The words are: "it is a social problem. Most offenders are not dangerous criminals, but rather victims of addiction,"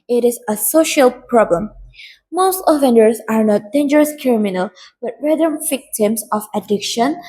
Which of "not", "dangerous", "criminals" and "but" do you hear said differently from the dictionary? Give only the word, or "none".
criminals